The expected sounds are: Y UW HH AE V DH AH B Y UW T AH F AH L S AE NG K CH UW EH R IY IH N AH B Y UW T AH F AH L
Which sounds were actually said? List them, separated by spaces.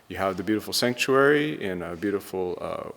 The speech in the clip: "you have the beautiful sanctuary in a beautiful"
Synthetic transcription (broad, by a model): Y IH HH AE V DH AH B Y UW T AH F L S AE NG K CH UW EH R IY IH N AH B Y UW T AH F L